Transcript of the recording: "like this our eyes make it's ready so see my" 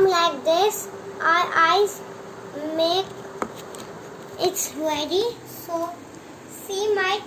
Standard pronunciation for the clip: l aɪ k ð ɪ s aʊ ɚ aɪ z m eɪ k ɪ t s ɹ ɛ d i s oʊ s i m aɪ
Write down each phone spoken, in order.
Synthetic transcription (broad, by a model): l aɪ k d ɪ s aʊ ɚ aɪ z m eɪ k ɪ t s w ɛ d i s oʊ s i m aɪ